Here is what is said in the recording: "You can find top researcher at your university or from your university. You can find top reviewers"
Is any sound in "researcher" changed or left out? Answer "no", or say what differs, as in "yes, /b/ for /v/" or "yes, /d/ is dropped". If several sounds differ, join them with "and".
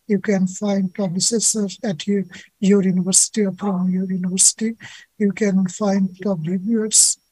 yes, /s/ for /tʃ/